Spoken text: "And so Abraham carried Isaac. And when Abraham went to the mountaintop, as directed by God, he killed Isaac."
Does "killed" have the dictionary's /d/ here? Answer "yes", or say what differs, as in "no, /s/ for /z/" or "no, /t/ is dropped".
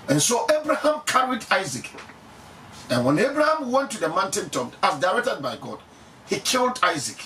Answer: yes